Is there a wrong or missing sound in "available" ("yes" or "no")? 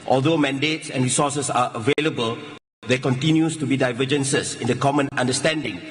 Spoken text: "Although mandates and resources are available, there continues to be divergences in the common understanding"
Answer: no